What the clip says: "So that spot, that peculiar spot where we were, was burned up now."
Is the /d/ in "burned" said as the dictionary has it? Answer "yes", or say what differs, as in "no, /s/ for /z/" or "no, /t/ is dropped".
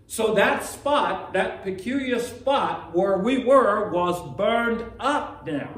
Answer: yes